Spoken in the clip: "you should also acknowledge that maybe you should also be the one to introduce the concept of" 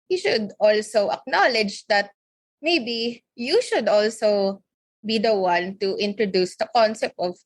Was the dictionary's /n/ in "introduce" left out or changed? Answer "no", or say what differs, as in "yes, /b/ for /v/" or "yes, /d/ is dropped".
no